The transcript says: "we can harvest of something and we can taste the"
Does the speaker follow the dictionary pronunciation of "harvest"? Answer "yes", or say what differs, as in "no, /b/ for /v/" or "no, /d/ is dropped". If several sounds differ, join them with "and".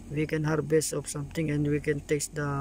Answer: no, /b/ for /v/ and /t/ is dropped